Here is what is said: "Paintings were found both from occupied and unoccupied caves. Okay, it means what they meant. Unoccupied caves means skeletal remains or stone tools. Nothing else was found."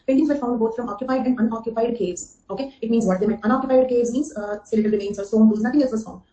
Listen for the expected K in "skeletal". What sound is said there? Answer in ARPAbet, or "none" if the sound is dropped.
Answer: none